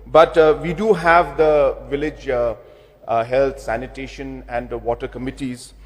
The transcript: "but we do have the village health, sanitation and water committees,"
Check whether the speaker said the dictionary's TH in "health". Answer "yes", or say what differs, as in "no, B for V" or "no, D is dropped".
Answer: no, T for TH